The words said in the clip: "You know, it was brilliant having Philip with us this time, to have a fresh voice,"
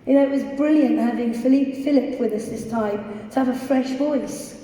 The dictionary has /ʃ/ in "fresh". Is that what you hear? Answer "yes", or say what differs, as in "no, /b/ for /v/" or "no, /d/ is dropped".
yes